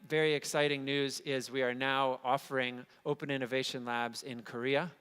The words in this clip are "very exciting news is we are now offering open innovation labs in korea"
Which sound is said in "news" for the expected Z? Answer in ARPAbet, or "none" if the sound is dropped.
Z